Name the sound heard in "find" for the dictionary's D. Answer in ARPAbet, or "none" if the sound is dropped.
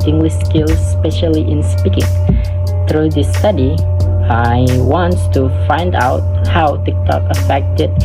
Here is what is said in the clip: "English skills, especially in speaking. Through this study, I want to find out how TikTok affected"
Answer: D